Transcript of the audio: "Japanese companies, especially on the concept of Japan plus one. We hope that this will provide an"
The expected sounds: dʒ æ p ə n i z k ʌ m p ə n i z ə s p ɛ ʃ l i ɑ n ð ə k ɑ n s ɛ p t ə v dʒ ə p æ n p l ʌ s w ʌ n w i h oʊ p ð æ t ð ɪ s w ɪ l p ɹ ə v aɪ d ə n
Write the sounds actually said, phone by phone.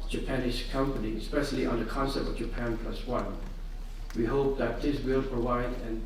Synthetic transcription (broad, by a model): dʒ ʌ p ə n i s k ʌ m p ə n i ə s p ɛ ʃ l i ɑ n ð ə k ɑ n s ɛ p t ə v dʒ ə p æ n p l ʌ s w ʌ n w i h oʊ p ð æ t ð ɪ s w ɪ l p ɹ ə v aɪ d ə n